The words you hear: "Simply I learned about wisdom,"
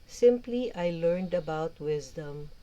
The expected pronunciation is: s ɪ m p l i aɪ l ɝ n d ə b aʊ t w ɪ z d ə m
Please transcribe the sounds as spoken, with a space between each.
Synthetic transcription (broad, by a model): s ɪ m p l i aɪ l ɝ n d ə b aʊ t w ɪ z d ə m